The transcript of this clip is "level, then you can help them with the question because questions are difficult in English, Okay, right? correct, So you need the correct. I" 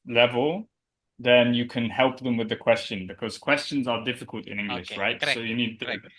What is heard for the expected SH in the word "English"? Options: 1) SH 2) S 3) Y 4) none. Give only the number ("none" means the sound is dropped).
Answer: 1